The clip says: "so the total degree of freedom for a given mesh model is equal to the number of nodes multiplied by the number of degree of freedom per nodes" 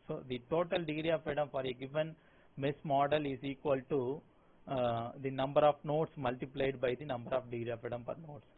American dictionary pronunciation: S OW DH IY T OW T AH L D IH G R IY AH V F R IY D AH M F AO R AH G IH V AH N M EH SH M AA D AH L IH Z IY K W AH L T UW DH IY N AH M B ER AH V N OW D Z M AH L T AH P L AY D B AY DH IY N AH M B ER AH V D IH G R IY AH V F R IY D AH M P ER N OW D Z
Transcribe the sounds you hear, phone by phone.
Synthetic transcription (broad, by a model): S OW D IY T OW T AH L D IH G R IY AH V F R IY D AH M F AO R AH G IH V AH N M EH S M AA D AH L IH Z IY K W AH L T UW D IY N AH M B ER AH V N OW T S M AH L T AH P L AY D B AY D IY N AH M B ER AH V D IH G R IY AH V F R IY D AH M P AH N OW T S